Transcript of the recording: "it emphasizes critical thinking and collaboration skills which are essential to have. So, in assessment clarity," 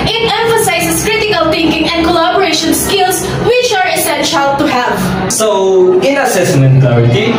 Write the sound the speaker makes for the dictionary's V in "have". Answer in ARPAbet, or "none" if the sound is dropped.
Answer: V